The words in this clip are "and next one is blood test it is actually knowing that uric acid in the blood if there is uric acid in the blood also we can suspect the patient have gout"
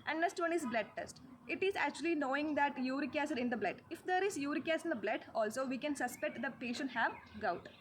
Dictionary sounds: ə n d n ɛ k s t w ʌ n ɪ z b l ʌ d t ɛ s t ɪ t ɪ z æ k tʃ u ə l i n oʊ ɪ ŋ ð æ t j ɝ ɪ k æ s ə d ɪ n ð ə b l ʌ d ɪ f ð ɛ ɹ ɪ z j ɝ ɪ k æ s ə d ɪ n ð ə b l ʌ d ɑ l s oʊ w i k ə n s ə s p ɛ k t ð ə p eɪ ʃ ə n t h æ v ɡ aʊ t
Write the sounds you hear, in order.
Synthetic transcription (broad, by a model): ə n d n ɛ k s t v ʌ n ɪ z b l ʌ d t ɛ s t ɪ t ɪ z æ k tʃ u ə l i n oʊ ɪ ŋ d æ t j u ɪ k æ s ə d ɪ n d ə b l ʌ d ɪ f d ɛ ɹ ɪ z j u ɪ k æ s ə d ɪ n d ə b l ʌ d ɑ l s oʊ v i k ə n s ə s p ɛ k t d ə p eɪ ʃ ə n t h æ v ɡ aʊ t